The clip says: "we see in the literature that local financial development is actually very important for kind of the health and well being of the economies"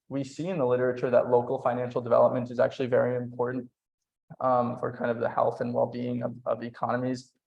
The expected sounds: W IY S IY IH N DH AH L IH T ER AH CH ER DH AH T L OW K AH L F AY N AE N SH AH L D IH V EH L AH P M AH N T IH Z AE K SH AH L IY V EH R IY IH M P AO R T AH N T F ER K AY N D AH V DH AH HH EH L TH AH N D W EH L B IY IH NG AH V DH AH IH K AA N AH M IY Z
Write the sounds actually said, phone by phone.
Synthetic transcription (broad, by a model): W IY S IY IH N DH AH L IH T ER AH CH ER DH AH T L OW K L F AY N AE N SH L D IH V EH L AH P M AH N T IH Z AE K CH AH L IY V EH R IY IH M P AO R T N T F ER K AY N D AH V DH AH HH EH L TH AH N W EH L B IY IH NG AH V AH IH K AA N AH M IY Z